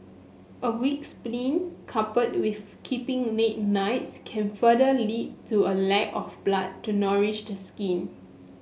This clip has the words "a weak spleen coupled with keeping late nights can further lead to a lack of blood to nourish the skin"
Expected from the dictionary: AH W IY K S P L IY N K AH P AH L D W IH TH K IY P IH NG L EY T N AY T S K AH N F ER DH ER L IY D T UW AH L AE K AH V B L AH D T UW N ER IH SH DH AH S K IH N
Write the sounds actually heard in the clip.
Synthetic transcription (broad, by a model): AH W IY K S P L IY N K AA P AH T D W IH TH K IY P IH NG N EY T N AY T S K AH N F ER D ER L IY D T UW AH L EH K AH F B L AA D T UW N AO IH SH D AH S K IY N